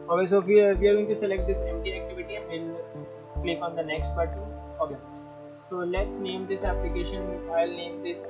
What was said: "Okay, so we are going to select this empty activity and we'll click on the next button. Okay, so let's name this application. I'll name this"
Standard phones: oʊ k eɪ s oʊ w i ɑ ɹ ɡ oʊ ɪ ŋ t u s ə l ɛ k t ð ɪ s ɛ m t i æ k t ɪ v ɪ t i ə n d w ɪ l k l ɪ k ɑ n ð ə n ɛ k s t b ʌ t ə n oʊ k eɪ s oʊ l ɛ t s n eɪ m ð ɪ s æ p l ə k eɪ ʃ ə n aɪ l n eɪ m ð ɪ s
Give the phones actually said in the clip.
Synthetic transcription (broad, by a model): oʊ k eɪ s oʊ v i ɑ ɹ ɡ oʊ ɪ ŋ t u s ə l ɛ k t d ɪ s ɛ m t i æ k t ɪ v ɪ t i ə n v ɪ l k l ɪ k ɑ n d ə n ɛ k s t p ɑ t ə oʊ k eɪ s oʊ l ɛ t s n eɪ m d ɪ s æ p l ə k eɪ ʃ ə n aɪ l n eɪ m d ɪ s